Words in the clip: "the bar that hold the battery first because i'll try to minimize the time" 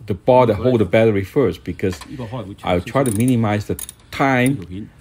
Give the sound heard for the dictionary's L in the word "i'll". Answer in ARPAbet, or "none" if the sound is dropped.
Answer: W